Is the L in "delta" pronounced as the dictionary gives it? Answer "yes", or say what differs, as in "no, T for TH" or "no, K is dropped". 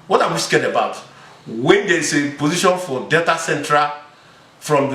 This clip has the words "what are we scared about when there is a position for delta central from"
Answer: no, L is dropped